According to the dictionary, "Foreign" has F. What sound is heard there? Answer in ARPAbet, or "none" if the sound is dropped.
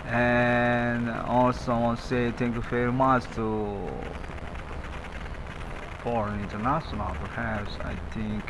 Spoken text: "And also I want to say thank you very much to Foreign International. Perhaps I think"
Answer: F